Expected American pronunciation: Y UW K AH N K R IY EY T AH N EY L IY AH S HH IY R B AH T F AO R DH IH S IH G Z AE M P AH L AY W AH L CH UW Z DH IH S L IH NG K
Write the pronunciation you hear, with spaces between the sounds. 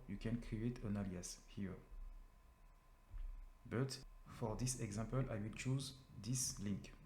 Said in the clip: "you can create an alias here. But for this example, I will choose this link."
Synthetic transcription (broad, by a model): Y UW K AH N K R IY EY T AH N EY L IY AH S HH IY R B AH T F AO R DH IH S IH G Z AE M P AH L AY W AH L CH UW Z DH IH S L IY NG K